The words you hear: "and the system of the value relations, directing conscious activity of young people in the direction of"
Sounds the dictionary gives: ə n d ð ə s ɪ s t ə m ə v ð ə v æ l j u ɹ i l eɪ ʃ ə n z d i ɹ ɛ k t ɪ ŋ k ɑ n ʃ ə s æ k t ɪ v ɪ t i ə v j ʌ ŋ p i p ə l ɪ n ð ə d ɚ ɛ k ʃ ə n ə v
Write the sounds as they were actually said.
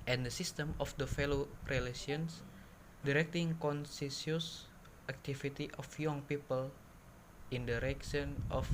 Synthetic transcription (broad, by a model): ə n d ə s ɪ s t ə m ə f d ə f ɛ l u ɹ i l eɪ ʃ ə n s d i ɹ ɛ k t ɪ ŋ k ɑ n s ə s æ k t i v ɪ t i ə f j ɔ ŋ p i p ə l ɪ n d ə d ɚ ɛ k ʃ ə n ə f